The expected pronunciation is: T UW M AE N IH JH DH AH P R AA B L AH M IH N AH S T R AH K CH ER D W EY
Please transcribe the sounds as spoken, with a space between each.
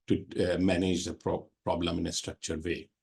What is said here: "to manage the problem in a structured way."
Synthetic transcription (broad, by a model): T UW M AE N IH JH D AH P R AA B L AH M IH N AH S T R AH K CH ER D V EY